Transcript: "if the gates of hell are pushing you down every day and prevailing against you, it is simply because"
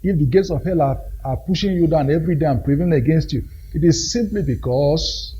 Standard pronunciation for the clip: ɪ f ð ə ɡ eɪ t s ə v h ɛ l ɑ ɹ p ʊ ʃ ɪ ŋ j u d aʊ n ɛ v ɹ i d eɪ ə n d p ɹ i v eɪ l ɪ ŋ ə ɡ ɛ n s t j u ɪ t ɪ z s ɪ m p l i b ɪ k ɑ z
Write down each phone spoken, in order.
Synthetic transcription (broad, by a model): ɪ f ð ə ɡ eɪ t s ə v h ɛ l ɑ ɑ p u ʃ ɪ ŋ j u d aʊ n ɛ v ɹ i d eɪ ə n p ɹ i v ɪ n ə ɡ ɛ n s t j u ɪ t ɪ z s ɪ m p l i b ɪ k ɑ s